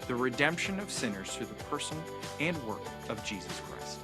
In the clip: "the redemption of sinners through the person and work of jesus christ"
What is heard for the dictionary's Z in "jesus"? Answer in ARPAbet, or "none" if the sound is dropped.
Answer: Z